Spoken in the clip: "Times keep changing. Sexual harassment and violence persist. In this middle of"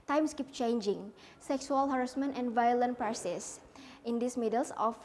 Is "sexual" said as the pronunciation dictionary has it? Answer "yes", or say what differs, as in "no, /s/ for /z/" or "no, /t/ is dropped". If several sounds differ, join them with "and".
no, /s/ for /ʃ/